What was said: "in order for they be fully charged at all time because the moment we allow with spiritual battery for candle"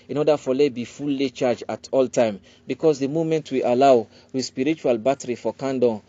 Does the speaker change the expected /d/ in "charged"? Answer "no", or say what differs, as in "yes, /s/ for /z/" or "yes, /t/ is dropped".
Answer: yes, /d/ is dropped